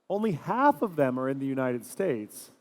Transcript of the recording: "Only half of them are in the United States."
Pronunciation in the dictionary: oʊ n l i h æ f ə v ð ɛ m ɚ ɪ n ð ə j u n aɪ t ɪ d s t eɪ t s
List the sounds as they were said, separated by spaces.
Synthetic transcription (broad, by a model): oʊ n l i h æ f ə v ð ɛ m ɚ ɪ n ð ə j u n aɪ t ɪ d s t eɪ t s